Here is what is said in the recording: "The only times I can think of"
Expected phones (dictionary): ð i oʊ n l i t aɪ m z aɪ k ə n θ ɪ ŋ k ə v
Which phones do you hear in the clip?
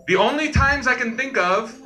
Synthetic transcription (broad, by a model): ð i oʊ n l i t aɪ m z aɪ k ə n θ ɪ ŋ k ə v